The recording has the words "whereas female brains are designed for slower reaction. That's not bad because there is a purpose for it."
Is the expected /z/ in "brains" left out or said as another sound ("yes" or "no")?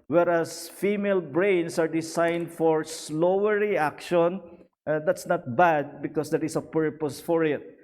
yes